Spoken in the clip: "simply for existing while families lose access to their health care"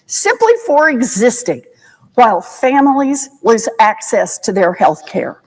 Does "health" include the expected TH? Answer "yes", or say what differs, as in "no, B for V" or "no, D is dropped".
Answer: yes